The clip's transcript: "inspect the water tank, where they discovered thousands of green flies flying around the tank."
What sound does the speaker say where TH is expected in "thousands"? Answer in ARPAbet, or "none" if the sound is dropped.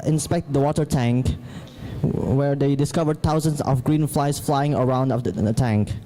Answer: T